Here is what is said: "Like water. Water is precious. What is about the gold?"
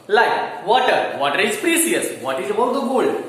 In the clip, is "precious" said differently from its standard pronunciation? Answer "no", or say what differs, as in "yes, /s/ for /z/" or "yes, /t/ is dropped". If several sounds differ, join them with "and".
yes, /s/ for /ʃ/